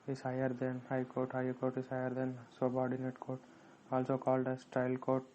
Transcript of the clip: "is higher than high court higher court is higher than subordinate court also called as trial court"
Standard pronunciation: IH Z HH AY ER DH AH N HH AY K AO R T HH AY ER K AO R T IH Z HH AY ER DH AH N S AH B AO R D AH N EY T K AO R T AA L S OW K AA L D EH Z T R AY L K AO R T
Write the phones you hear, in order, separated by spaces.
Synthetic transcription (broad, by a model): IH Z HH AY ER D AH N HH AY K AO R T HH AY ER K AO R T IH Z HH AY ER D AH N S AH B AO R D AH N EY T K AO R T AA L S OW K AA L D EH S T AY L K AO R T